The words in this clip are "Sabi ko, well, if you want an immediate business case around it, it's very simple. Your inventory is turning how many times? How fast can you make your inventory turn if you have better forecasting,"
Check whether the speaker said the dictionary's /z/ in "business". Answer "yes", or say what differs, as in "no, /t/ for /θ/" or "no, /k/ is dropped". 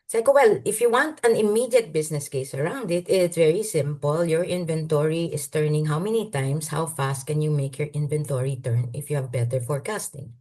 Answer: no, /s/ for /z/